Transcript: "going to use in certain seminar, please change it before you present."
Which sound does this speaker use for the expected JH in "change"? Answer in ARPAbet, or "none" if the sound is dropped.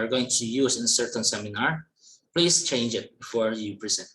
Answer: JH